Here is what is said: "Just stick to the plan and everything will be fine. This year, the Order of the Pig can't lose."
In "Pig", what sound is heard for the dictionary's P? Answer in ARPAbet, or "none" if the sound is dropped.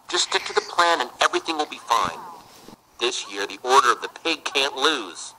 P